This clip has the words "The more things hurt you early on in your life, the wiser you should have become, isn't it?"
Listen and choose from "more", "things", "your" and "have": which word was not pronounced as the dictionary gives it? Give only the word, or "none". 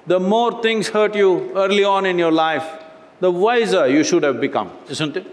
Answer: things